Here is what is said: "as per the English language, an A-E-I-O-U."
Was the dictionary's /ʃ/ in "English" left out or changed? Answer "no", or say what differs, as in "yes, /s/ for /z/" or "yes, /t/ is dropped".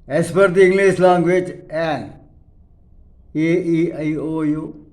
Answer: yes, /s/ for /ʃ/